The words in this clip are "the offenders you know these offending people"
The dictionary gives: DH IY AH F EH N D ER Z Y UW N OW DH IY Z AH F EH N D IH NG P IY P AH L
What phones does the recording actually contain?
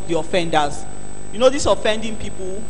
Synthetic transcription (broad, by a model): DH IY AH F EH N D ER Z Y UW N OW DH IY S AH F EH N D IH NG P IY P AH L